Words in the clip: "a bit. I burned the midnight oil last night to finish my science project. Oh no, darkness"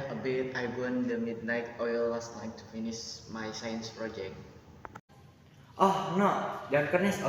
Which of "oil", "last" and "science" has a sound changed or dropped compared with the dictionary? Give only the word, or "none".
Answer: last